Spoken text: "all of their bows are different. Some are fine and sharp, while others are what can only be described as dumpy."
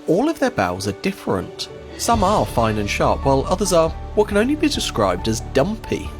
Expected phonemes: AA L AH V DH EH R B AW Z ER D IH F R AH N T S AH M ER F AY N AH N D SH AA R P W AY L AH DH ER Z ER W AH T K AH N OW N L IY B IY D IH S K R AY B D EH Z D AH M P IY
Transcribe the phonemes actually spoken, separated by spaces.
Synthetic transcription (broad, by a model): AA L AH V DH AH R B AW Z ER D IH F R AH N T S AH M ER F AY N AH N SH AA R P W AY L AH DH ER Z ER W AH T K AH N OW N L IY B IY D IH S K R AY B D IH Z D AH M P IY